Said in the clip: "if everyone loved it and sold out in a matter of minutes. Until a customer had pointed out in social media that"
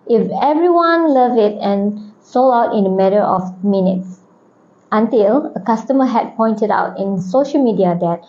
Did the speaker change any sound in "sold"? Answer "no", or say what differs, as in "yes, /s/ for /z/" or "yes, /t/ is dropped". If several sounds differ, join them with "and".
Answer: yes, /d/ is dropped